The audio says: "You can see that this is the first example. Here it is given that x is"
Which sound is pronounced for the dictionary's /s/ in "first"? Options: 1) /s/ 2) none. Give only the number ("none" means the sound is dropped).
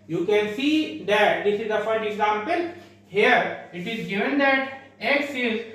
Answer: 2